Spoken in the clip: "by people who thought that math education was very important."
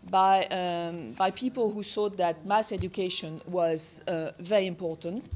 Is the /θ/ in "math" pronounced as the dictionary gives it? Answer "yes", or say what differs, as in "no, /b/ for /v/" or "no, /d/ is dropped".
no, /s/ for /θ/